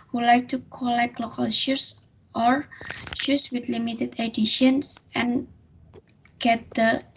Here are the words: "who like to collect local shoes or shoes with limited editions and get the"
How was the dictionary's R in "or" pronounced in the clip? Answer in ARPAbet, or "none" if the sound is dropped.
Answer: R